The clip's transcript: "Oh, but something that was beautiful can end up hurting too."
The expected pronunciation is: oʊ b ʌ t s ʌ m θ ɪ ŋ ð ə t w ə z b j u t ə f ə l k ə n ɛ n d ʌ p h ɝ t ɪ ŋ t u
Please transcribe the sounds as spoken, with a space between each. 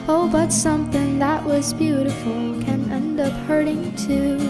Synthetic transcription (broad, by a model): oʊ b ʌ t s ʌ m θ ɪ ŋ ð ə t w ə z b j u t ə f l k ə n ɛ n d ʌ p h ɝ t ɪ ŋ t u